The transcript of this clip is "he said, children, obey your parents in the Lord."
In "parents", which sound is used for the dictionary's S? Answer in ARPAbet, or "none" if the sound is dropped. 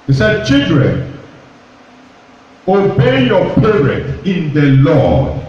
none